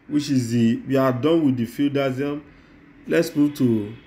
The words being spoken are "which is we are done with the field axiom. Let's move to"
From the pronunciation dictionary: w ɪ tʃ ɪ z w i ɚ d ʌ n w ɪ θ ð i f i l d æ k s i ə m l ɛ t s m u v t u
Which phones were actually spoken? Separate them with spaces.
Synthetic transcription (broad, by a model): w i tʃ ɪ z w i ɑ d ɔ n w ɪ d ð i f i l d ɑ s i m l ɛ t s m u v t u